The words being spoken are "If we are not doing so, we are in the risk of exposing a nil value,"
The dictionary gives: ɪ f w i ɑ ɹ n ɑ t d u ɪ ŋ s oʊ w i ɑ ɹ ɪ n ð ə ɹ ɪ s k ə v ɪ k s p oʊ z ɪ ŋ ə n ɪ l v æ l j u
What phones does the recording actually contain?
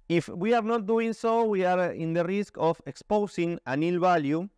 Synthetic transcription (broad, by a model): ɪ f w i ɑ ɹ n ɑ t d u ɪ ŋ s oʊ w i ɑ ɹ ɪ n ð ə ɹ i s k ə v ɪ k s p oʊ s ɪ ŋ ə n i l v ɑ l j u